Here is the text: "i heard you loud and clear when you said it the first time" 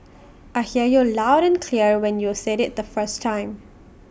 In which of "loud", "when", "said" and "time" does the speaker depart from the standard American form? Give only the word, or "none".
none